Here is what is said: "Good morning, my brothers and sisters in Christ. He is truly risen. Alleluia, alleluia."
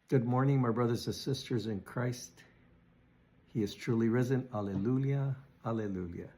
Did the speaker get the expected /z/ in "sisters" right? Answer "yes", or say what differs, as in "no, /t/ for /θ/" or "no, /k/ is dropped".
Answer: yes